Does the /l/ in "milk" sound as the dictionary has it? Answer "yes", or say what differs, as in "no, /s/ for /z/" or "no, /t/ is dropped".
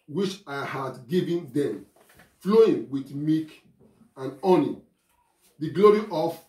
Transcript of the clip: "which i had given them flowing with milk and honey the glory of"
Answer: no, /l/ is dropped